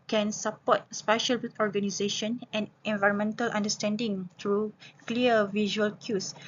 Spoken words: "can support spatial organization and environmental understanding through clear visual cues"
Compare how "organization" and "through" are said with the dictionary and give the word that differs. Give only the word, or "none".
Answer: through